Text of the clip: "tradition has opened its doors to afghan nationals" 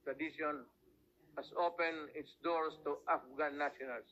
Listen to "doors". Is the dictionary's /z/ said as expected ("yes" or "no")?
no